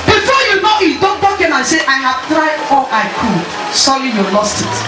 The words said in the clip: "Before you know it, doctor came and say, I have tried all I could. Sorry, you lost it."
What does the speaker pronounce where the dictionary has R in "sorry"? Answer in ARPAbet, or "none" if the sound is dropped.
L